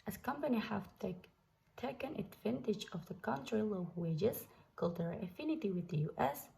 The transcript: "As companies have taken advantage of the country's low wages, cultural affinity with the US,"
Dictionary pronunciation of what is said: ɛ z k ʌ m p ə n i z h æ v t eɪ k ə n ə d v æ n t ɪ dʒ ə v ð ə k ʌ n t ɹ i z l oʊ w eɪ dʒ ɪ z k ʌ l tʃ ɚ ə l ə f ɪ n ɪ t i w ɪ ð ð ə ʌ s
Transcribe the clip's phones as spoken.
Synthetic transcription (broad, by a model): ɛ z k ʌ m p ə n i h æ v t eɪ k ə n ə d v æ n t ɪ dʒ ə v ð ə k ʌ n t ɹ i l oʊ w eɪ dʒ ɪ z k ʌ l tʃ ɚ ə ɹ ə f ɪ n ɪ t i w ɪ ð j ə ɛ s